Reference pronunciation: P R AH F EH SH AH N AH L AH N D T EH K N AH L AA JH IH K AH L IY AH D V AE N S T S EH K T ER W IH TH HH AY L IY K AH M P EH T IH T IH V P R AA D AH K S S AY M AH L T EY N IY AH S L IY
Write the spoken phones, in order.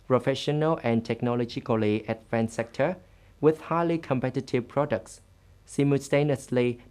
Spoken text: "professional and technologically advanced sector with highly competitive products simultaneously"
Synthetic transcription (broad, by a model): P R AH F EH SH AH N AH L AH N T EH K N AH L AA JH IH K AH L IY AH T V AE N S S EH K T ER W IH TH HH AY L IY K AH M P EH T IH T IH V P R AA D AH K S S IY M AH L T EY N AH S L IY